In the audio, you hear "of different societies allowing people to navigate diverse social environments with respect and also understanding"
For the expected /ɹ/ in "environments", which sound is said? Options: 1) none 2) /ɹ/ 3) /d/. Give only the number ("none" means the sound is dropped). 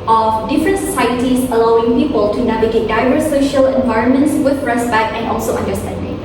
2